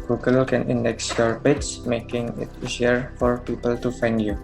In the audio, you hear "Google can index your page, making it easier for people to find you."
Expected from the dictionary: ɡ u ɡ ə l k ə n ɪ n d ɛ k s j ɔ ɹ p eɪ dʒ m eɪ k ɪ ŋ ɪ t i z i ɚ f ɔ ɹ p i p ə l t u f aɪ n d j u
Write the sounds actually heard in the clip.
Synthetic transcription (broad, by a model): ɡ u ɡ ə l k ə n ɪ n d ɛ k s j ɔ ɹ b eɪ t m eɪ k ɪ ŋ ɪ t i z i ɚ f ɔ ɹ p i p ə l t u f aɪ n d j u